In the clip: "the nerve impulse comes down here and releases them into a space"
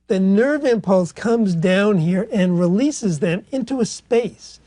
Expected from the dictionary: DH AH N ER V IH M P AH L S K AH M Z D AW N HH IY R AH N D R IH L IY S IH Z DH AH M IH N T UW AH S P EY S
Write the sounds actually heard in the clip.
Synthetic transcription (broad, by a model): DH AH N ER V IH M P AH L S K AH M Z D AW N HH IY R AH N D R IH L IY S IH Z DH AH M IH N T UW AH S P EY S